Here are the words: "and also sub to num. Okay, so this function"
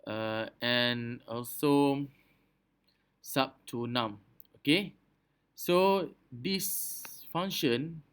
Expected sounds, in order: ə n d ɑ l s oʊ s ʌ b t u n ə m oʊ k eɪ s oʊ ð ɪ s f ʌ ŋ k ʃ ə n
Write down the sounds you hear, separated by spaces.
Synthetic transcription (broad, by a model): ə n ɑ l s oʊ s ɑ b t u n ə m oʊ k eɪ s oʊ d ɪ s f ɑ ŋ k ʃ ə n